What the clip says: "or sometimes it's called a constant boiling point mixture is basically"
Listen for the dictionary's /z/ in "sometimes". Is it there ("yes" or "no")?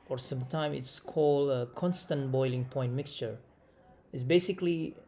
no